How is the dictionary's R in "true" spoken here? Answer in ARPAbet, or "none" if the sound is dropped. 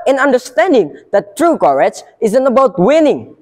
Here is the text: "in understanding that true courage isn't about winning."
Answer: R